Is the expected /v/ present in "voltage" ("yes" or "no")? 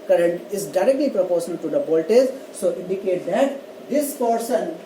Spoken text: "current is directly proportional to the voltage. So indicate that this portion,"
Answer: no